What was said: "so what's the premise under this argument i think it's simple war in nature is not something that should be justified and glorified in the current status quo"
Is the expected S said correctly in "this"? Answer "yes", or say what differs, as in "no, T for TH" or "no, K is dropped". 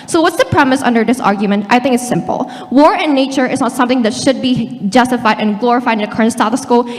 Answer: yes